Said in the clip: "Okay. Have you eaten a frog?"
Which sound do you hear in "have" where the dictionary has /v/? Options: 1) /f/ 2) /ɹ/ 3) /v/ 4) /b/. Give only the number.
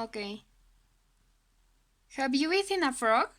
4